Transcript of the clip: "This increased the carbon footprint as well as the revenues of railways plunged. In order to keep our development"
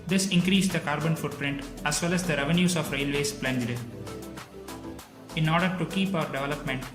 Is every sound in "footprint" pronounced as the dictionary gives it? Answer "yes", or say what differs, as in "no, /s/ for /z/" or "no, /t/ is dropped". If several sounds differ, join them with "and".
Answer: yes